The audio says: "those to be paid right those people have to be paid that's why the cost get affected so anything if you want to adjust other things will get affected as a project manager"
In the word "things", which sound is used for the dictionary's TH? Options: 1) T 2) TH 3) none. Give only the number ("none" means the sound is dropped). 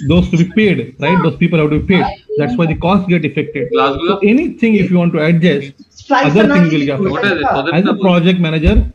1